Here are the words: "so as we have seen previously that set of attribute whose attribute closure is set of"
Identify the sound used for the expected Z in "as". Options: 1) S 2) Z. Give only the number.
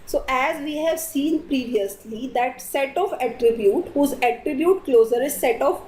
2